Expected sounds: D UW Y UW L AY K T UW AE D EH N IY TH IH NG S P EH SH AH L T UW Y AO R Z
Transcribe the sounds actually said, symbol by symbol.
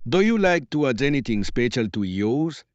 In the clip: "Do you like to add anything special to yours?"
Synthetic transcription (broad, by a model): D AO Y UW L AY K T UW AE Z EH N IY T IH NG S P EH SH AH L T UW Y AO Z